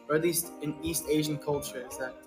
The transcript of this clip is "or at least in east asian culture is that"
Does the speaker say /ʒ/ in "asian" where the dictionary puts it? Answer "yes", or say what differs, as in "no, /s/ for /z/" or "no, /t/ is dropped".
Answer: yes